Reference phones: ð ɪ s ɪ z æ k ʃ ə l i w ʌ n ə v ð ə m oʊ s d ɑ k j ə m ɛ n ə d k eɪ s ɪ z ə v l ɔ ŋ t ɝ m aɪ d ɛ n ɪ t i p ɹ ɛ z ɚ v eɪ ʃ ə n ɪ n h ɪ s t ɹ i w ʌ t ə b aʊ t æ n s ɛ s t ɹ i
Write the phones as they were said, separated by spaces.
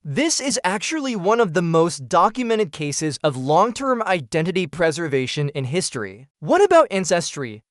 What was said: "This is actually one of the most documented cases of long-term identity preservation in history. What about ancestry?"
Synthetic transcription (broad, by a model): ð ɪ s ɪ z æ k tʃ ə l i w ʌ n ə v ð ə m oʊ s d ɑ k j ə m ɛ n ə d k eɪ s ɪ z ə v l ɔ ŋ t ɝ m aɪ d ɛ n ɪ t i p ɹ ɛ z ɚ v eɪ ʃ ə n ɪ n h ɪ s t ɹ i w ʌ t ə b aʊ t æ n s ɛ s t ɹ i